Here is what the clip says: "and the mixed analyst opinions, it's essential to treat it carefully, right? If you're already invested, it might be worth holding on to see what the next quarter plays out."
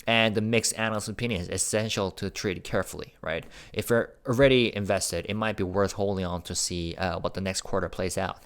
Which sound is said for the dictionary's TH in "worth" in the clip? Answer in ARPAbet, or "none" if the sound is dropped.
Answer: TH